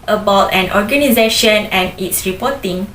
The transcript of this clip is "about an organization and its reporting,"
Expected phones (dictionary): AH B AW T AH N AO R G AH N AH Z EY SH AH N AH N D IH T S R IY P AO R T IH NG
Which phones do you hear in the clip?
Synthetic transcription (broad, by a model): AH B AW T AH N AO R G AH N AH Z EY SH AH N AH N IH T S R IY P AO T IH NG